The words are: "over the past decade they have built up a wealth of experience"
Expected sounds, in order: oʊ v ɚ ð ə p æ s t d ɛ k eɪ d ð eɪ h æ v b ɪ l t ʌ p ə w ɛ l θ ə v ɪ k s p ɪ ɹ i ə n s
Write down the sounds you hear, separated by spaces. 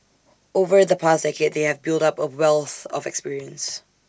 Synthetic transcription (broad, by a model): oʊ v ɚ ð ə p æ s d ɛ k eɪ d ð eɪ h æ v b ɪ l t ʌ p ə w ɛ l θ ə v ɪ k s p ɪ ɹ i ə n s